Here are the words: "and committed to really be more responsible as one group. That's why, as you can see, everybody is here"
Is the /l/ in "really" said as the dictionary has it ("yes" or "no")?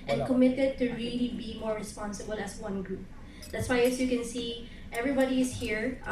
yes